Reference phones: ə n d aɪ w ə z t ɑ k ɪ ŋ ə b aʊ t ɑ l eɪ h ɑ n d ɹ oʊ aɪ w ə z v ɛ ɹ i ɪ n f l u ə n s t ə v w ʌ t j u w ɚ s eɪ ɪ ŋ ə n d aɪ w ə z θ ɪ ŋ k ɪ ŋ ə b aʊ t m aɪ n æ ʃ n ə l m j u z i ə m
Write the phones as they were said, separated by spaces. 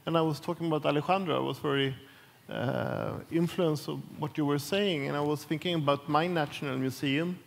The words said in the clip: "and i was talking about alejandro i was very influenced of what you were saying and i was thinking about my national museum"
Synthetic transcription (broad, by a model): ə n aɪ w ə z t ɑ k ɪ ŋ ə b aʊ t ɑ l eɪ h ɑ n d ɹ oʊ aɪ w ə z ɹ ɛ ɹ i ɪ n f l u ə n s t ə v w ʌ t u w ɚ s eɪ ɪ ŋ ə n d aɪ w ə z θ ɪ ŋ k ɪ ŋ ə b aʊ t m aɪ n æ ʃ n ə l m j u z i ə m